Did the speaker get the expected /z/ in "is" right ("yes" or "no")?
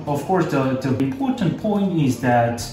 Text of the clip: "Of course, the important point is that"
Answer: yes